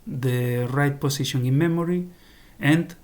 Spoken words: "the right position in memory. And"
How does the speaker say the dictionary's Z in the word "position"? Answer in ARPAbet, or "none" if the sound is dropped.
S